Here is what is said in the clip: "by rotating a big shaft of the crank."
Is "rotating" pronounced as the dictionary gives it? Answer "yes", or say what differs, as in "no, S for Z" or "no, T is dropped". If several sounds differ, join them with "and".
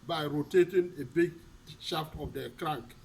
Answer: yes